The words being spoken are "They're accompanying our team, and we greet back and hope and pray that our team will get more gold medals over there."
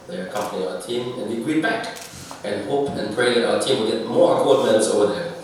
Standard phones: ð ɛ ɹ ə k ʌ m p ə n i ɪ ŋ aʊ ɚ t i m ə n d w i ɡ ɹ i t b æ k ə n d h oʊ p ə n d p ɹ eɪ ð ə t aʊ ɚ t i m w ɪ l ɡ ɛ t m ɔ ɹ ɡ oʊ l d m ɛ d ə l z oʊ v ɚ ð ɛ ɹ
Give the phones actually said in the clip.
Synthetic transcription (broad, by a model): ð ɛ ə k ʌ m p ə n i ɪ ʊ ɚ t i m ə n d w i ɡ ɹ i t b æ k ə n h oʊ p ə n p ɹ eɪ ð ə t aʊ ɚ t i m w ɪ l ɡ ɛ t m ɔ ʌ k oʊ d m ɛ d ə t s oʊ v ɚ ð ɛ